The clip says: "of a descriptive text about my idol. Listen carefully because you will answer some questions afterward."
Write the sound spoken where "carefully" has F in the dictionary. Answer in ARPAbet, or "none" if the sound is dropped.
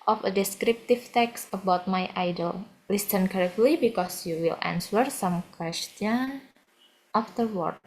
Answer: none